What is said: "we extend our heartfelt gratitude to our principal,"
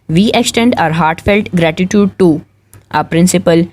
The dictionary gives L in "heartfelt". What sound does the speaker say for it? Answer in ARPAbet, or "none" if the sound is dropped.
L